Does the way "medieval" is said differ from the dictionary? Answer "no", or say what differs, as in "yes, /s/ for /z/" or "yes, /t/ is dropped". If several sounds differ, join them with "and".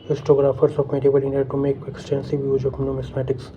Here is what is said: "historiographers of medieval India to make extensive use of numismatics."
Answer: yes, /b/ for /v/